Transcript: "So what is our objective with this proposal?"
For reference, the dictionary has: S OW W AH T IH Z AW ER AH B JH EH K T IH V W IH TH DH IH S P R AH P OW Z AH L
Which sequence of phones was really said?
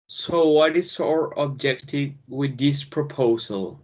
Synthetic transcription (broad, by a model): S OW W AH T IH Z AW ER AH B JH EH K T IH V W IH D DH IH S P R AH P OW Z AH L